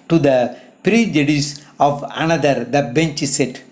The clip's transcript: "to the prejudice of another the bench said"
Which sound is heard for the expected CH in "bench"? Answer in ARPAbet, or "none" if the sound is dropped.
CH